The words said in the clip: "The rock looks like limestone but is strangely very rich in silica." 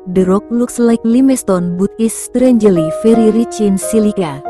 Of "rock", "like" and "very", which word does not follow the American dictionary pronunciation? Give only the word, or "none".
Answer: very